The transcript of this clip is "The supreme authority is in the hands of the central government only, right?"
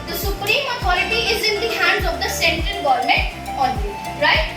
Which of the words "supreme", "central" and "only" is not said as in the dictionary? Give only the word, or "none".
only